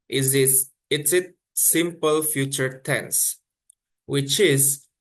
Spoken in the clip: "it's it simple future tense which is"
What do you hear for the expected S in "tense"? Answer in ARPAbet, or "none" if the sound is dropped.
S